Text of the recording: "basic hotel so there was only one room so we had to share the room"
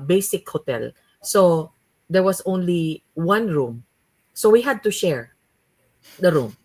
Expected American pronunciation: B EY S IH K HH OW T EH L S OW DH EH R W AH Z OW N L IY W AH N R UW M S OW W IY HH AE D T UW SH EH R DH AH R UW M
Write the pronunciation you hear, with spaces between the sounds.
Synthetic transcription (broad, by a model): B EY S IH K HH OW T EH L S OW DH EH R W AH S OW N L IY W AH N R UW M S OW W IY HH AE D T UW SH EH R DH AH R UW M